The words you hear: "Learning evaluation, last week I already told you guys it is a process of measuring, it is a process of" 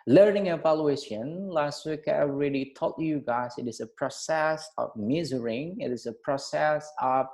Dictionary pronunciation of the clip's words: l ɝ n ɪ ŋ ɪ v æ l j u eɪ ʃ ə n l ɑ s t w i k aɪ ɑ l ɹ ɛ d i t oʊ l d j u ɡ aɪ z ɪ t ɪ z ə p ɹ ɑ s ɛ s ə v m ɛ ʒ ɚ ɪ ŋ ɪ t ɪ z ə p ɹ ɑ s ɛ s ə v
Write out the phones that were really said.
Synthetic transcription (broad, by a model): l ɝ n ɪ ŋ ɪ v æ l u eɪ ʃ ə n l ɑ s t w i k aɪ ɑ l ɹ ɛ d i t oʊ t j u ɡ aɪ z ɪ t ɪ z ə p ɹ ɑ s ɛ s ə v m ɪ z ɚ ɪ ŋ ɪ t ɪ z ə p ɹ ɑ s ɛ s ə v